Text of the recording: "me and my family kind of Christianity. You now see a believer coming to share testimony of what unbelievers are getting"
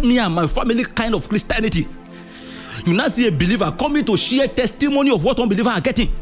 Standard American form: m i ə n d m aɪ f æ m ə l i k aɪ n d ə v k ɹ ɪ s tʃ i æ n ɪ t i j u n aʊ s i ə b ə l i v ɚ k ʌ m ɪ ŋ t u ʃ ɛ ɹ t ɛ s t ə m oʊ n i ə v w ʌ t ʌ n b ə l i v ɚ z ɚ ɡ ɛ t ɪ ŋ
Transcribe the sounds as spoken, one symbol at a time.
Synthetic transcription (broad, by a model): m i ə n m aɪ f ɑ m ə l i k aɪ n d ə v k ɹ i s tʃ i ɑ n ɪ t i j u n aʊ s i ə b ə l i v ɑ k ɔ m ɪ t u ʃ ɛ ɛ t ɛ s t ə m oʊ n i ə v w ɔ t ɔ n b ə l i v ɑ ɑ ɡ ɛ t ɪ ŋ